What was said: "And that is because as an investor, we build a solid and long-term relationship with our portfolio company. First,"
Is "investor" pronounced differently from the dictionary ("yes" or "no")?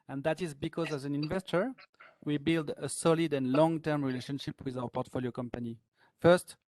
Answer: no